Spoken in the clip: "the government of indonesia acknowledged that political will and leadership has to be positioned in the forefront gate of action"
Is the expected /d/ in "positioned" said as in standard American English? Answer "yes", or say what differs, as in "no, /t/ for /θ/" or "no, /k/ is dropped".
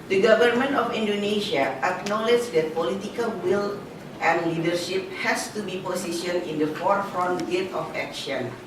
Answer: no, /d/ is dropped